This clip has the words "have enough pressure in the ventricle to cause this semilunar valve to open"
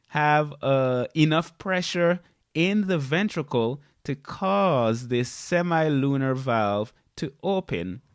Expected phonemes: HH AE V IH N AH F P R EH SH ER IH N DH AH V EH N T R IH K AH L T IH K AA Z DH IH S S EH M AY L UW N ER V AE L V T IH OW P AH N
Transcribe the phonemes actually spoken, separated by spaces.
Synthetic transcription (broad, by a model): HH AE V IH N AH F P R EH SH ER IH N DH AH V EH N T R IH K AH L T IH K AA Z DH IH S S EH M AY L UW N ER V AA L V T IH OW P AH N